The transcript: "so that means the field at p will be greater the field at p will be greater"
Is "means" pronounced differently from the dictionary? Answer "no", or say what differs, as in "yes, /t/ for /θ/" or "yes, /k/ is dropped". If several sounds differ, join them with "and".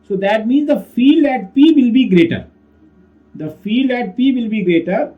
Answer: no